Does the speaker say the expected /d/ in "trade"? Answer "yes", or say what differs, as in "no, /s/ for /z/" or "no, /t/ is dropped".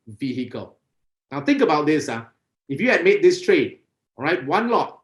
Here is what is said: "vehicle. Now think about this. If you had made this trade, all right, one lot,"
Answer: no, /d/ is dropped